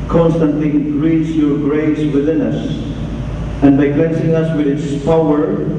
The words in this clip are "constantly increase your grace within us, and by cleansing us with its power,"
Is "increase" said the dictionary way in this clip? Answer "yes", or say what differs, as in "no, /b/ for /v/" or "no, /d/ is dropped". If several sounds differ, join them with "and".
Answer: no, /k/ is dropped